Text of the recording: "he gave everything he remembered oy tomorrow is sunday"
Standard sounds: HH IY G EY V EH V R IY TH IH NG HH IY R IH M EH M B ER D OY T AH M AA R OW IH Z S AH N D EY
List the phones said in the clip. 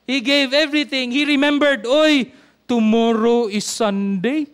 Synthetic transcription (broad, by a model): HH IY G EY V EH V R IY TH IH NG HH IY R IH M EH M B ER D OY T AH M AA R OW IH S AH N D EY